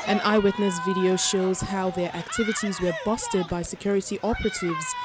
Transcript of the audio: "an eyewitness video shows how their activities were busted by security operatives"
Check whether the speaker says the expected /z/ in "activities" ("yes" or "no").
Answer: yes